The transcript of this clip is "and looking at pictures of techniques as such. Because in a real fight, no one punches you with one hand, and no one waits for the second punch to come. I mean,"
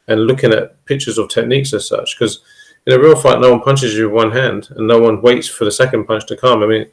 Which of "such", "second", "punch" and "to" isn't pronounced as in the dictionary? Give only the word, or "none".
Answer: none